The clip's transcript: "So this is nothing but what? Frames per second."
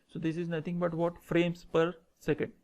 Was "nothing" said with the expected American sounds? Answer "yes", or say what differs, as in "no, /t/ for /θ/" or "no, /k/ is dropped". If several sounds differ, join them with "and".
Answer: no, /t/ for /θ/